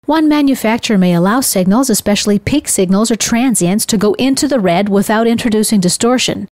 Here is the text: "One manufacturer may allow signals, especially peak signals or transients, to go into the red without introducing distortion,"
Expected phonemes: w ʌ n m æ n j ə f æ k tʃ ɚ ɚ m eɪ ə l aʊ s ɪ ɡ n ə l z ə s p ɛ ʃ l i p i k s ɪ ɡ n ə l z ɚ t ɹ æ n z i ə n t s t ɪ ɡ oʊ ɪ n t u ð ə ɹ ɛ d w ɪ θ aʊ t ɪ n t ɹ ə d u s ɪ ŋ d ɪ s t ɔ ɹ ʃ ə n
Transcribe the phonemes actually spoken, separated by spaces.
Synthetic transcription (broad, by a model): w ʌ n m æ n j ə f æ k tʃ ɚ ɚ m eɪ ə l aʊ s ɪ ɡ n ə l z ə s p ɛ ʃ l i p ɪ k s ɪ ɡ n l z ɚ t ɹ æ n z i ə n t s t ɪ ɡ oʊ ɪ n t u ð ə ɹ ɛ d w ɪ θ aʊ t ɪ n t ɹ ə d u s ɪ ŋ d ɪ s t ɔ ɹ ʃ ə n